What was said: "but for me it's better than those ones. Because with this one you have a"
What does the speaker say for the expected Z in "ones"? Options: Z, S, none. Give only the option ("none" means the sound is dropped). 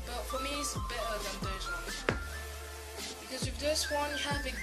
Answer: none